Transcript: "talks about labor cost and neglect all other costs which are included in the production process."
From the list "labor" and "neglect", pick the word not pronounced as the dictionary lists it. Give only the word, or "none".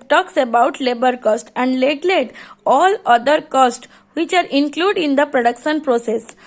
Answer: neglect